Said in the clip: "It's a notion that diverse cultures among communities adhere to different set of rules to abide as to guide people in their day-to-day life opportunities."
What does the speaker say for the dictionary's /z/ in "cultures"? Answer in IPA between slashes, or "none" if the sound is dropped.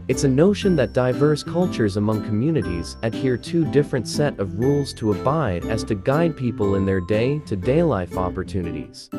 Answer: /z/